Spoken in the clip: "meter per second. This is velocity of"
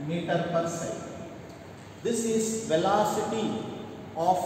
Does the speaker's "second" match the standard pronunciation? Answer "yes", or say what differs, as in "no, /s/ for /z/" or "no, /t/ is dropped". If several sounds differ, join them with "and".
no, /k/ is dropped